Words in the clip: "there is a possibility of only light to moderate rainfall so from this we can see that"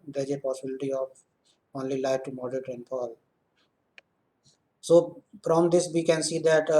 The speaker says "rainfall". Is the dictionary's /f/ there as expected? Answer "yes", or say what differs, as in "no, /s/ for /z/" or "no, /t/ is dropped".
no, /p/ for /f/